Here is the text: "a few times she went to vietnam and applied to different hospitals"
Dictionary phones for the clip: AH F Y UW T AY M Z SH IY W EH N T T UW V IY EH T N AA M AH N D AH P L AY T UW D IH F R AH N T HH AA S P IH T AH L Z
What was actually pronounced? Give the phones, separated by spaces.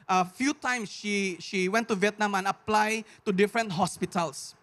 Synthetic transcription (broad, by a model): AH F Y UW T AY M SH SH IY W EH N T T UW V IY EH T N AA M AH N AH P L AY T UW D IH F R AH N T HH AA S P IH T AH L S